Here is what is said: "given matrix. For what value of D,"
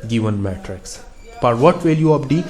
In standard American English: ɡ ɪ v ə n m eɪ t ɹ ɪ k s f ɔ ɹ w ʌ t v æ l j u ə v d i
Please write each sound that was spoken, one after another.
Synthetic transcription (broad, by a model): ɡ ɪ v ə n m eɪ t ɹ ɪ k s p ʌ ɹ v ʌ t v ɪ l j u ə p d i